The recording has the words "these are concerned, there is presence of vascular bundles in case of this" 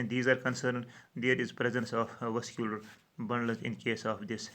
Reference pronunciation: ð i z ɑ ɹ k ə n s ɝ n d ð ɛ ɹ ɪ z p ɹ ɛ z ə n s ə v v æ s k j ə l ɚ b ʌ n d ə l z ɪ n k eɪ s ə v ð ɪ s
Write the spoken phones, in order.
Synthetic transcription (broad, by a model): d i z ɑ ɹ k ə n s ɝ n d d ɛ ɹ ɪ z p ɹ ɛ z ə n s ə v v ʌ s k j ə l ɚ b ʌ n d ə z ɪ n k eɪ s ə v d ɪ s